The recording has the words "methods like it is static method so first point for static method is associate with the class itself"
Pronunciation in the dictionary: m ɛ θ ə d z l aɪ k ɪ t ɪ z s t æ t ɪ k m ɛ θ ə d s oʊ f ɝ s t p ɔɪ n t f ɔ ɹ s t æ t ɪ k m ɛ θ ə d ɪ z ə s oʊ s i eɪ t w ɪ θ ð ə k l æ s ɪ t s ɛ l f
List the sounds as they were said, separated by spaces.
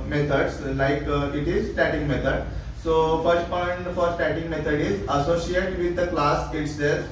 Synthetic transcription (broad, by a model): m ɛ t ə d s l aɪ k ɪ t ɪ z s t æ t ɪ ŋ m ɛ t ə d s oʊ f ɝ s t p ɔɪ n t f ɔ ɹ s t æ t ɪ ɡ m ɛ t ə d ɪ z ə s oʊ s i eɪ t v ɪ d ə k l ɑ s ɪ t s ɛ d